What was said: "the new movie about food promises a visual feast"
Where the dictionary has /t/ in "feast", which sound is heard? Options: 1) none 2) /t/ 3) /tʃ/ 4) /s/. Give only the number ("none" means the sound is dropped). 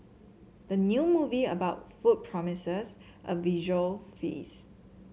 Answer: 1